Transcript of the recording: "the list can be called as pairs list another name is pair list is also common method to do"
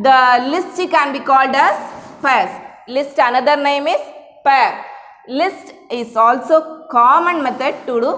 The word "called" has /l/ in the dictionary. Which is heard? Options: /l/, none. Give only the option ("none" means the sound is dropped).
/l/